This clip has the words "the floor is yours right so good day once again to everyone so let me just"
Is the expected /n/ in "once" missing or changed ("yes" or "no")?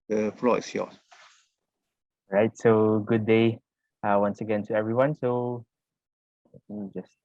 no